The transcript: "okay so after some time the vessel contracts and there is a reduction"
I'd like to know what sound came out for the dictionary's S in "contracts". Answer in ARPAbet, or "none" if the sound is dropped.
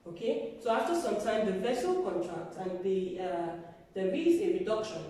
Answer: none